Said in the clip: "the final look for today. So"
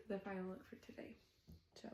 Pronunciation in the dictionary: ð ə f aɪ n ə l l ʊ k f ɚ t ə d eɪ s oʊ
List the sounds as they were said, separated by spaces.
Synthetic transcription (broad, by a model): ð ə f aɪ ə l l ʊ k f ɚ t ə d eɪ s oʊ